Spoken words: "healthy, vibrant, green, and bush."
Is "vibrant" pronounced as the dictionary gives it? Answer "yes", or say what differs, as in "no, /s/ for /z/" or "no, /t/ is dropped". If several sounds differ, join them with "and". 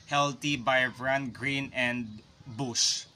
no, /b/ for /v/